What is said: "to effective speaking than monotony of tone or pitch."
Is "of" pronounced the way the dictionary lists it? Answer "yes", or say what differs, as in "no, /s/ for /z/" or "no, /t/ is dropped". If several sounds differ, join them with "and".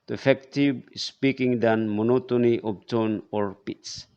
no, /p/ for /v/